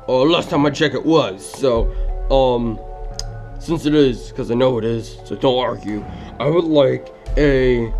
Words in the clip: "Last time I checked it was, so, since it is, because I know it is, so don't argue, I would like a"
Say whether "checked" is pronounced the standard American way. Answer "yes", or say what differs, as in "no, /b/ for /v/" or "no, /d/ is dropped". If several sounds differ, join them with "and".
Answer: no, /t/ is dropped